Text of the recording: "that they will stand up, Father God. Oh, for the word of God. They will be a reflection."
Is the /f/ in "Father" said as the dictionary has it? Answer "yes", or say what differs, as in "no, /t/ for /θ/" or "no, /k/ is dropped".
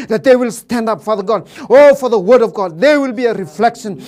yes